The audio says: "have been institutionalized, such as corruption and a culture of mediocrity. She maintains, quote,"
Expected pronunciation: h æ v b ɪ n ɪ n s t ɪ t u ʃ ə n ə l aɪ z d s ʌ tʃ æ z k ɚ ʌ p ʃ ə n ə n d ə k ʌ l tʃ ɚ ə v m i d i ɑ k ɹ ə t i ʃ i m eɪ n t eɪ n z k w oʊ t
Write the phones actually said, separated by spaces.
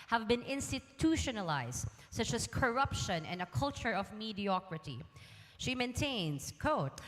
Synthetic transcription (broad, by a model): h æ v b ɪ n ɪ n s t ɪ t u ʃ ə n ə l aɪ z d s ʌ tʃ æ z k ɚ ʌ p ʃ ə n ə n d ə k ʌ l tʃ ɚ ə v m i d i ɑ k ɹ ə t i ʃ i m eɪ n t eɪ n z k oʊ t